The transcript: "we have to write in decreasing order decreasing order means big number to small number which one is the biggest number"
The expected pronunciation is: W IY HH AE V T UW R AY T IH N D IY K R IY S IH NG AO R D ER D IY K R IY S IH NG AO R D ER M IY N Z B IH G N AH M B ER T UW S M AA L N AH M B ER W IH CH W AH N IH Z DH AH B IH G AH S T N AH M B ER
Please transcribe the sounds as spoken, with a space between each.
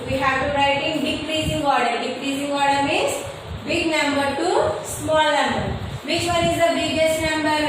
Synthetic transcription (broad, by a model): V IY HH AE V T UW R AY T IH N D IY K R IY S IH NG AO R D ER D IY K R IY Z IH NG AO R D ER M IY Z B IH G N AH M B ER T UW S M AA L N AH M B ER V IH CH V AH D IH Z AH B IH G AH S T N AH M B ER